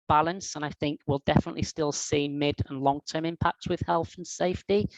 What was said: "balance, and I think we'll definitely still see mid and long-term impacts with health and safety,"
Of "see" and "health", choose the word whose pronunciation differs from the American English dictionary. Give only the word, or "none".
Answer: none